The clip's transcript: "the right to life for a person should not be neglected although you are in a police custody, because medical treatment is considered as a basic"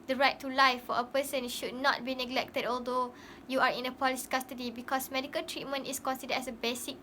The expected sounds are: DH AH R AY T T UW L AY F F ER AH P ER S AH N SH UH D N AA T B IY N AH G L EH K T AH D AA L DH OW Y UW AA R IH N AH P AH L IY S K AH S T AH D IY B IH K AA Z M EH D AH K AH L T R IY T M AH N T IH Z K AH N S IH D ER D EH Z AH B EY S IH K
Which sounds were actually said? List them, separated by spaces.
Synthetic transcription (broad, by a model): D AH R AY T T UW L AY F F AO AH P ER S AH N SH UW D N AA T B IY N AH G L EH K T AH D AA L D OW Y UW AA R IH N AH P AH L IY S K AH S T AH D IY B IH K AA S M EH D AH K AH L T R IY T M AH N T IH S K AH N S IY D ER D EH S AH B EY S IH K